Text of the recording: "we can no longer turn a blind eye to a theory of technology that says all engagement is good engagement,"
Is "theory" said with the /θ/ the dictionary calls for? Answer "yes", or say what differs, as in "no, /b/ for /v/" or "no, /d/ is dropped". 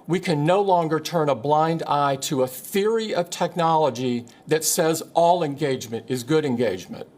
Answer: yes